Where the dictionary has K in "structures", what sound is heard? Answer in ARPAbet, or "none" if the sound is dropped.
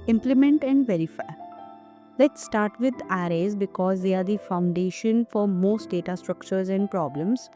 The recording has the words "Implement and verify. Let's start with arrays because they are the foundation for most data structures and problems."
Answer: K